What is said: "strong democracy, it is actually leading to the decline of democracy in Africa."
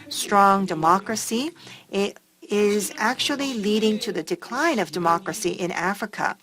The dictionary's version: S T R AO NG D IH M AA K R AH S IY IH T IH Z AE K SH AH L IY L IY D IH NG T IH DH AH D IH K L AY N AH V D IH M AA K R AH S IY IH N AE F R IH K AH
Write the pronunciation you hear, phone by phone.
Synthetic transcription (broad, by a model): S T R AO NG D IH M AA K R AH S IY IH T IH Z AE K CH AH L IY L IY D IH NG T IH DH AH D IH K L AY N AH V D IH M AA K R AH S IY IH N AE F R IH K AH